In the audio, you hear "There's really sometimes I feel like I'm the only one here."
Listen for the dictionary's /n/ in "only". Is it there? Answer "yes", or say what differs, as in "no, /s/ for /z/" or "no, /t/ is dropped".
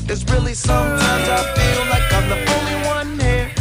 no, /n/ is dropped